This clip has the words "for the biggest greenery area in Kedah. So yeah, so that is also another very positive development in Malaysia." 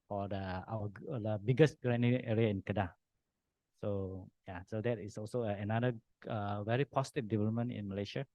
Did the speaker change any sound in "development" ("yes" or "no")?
no